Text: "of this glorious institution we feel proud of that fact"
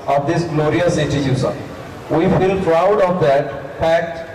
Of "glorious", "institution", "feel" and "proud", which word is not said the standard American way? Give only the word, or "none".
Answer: institution